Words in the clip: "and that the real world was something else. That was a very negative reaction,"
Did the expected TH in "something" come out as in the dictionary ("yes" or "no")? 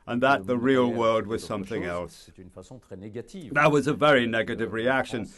yes